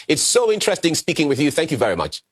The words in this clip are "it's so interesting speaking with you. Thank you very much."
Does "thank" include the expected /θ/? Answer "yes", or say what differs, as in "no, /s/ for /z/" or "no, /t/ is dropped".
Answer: yes